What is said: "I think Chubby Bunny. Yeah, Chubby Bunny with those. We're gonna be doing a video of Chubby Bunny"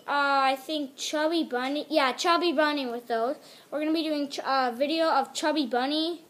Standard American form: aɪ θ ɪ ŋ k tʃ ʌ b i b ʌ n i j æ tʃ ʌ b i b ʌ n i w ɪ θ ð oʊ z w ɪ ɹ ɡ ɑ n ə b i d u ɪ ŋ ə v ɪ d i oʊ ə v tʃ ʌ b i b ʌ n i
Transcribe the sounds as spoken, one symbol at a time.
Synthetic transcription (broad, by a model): aɪ θ ɪ ŋ k tʃ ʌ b i b ʌ n i j æ tʃ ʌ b i b ʌ n i w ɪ ð oʊ z w ɪ ɹ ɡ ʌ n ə b i d u ɪ ŋ ə v ɪ d i oʊ ə v tʃ ʌ b i b ʌ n i